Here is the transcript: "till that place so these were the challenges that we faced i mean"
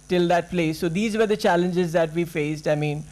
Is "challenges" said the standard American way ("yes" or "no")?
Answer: yes